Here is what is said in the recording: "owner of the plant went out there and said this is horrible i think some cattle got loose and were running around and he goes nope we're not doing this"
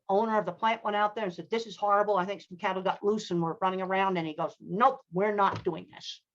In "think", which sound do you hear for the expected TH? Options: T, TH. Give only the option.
TH